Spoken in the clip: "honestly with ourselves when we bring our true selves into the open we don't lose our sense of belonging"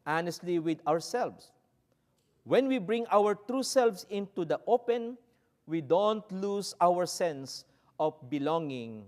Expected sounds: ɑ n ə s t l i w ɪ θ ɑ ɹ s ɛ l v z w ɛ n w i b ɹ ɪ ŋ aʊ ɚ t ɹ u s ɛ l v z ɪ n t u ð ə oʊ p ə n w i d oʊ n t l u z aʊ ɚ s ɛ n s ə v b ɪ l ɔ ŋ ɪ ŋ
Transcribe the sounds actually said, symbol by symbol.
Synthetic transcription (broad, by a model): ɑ n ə s t l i w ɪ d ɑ ɹ s ɛ l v s w ɛ n w i b ɹ ɪ ŋ aʊ ɚ t ɹ u s ɛ l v s ɪ n t u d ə oʊ p ə n w i d oʊ n t l u s aʊ ɚ s ɛ n s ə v b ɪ l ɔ ŋ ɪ ŋ